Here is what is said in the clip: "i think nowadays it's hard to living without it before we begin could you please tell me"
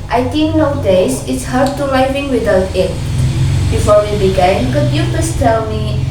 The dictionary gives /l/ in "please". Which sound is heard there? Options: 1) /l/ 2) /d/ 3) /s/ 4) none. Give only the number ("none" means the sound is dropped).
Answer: 4